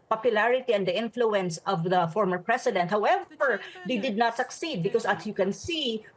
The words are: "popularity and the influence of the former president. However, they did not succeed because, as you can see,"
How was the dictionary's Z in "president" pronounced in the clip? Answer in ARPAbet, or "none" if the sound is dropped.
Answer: S